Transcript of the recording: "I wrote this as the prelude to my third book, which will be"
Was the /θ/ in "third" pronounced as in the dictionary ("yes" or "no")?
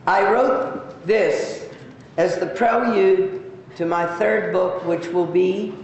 yes